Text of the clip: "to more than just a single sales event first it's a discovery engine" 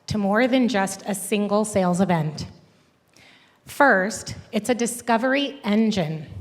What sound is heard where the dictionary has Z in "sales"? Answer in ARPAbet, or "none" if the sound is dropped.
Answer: Z